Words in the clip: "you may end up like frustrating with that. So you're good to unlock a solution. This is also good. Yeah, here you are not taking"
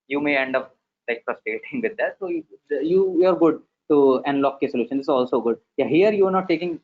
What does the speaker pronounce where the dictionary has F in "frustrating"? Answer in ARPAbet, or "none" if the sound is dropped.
P